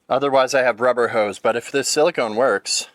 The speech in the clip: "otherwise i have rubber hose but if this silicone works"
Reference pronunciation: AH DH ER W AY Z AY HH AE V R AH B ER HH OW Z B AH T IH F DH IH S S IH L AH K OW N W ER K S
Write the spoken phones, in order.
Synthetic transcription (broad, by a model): AH DH ER W AY Z AY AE V R AH B ER HH OW Z B AH T IH F DH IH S S IH L AH K OW N W ER K S